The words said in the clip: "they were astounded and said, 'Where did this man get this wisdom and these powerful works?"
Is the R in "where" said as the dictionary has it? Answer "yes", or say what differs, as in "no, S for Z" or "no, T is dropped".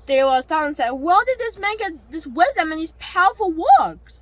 no, L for R